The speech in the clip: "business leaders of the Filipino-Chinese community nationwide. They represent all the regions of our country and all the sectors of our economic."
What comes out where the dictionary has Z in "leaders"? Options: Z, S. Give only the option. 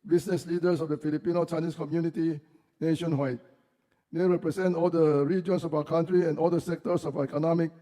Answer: S